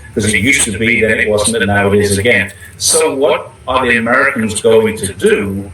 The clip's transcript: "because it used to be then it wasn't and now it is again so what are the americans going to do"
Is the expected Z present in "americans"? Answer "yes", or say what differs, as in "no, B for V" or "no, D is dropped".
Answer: yes